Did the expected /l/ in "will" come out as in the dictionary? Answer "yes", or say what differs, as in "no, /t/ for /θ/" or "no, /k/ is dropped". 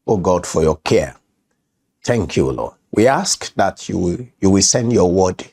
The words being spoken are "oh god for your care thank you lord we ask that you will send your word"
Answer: no, /w/ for /l/